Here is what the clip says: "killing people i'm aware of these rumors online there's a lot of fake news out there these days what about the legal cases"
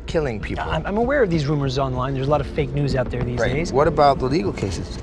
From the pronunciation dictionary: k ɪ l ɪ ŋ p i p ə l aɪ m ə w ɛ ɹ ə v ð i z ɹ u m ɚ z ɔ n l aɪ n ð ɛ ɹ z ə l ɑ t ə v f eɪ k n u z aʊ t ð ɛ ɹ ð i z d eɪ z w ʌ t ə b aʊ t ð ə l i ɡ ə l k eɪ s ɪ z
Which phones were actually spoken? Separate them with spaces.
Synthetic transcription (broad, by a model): k ɪ l ɪ ŋ p i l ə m aɪ m ə w ɛ ɹ ə v ð i z ɹ u m ɚ z ɔ n l aɪ n ð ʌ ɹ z ə l ɑ t ə v f eɪ k n u z aʊ t ð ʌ ɹ ð i z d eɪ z w ʌ t ə b aʊ t ð ə l i ɡ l k eɪ s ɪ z